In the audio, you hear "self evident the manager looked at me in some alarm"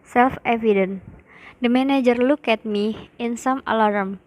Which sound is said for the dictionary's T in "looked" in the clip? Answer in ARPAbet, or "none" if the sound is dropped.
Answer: none